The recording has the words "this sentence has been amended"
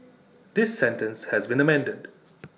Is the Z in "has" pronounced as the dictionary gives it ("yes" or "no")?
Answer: yes